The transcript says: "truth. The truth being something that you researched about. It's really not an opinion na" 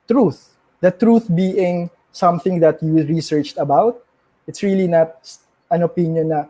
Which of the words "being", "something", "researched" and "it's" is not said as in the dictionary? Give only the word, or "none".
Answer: none